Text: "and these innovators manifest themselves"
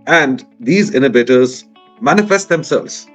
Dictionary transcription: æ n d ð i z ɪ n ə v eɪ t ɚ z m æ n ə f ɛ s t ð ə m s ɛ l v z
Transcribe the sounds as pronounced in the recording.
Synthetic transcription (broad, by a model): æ n d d i z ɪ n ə b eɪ t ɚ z m æ n ə f ɛ s t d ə m s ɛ l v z